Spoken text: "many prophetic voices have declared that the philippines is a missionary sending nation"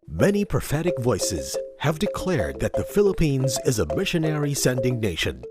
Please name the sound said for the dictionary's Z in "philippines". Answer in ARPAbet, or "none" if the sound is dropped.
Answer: Z